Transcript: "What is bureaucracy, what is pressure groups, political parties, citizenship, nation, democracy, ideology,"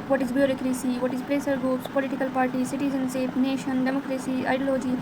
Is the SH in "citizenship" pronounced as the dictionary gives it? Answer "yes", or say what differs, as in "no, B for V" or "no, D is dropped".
no, S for SH